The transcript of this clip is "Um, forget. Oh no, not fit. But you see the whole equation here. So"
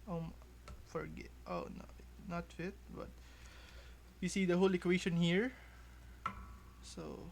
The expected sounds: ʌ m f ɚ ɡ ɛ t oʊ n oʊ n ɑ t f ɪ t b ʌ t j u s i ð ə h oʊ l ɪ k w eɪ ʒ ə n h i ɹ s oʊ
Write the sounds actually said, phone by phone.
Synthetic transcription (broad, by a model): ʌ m f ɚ ɡ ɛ t oʊ n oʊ n ɑ t f ɪ t b ʌ t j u s i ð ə h oʊ l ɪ k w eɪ ʃ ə n h i ɹ s oʊ